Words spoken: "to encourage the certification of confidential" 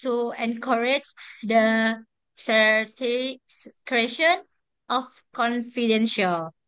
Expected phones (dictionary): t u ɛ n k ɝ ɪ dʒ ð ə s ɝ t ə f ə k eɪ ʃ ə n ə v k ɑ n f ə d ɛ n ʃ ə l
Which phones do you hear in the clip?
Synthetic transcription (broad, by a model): t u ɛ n k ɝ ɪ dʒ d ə s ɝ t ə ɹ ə eɪ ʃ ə n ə f k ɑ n f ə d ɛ n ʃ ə l